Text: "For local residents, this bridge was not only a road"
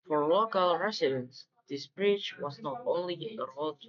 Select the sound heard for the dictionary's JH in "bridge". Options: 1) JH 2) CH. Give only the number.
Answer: 2